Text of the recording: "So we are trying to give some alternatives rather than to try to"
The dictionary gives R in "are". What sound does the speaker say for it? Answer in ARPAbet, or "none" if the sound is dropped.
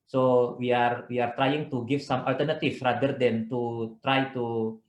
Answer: R